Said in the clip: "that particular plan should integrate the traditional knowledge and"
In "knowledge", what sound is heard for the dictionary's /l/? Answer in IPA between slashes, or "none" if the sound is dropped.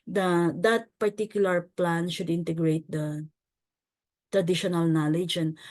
/l/